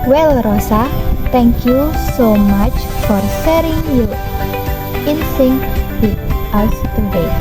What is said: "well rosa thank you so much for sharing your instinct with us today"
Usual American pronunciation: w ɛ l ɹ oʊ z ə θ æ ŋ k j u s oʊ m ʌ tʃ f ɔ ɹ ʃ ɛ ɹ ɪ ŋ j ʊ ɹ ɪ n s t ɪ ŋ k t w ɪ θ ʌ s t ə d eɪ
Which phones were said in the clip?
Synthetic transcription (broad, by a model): w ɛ l ɹ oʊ s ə t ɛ ŋ k j u s oʊ m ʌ tʃ f ɔ ɹ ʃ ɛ ɹ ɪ ŋ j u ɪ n s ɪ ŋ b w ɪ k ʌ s t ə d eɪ